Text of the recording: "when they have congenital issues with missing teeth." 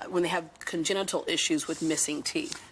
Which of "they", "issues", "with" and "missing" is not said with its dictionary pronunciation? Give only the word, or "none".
none